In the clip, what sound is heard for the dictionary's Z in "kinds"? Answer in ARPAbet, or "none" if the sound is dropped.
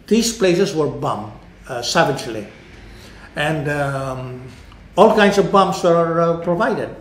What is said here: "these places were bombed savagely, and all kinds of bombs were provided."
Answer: S